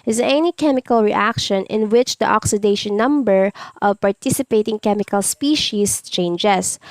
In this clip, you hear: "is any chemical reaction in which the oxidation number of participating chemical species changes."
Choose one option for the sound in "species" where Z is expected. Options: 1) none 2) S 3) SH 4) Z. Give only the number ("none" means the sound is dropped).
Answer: 2